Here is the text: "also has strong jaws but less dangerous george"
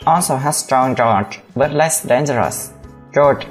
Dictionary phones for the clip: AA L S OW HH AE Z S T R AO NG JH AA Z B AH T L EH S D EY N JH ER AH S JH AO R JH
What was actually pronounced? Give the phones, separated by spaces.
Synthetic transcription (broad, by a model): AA L S OW HH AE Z S T R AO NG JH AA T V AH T L EH S D EY N JH ER AH S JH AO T